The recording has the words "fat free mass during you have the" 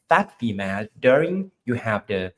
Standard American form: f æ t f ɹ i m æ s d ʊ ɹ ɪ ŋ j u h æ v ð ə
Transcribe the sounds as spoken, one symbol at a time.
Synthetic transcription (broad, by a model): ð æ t f i m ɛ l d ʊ ɹ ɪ ŋ j u h æ v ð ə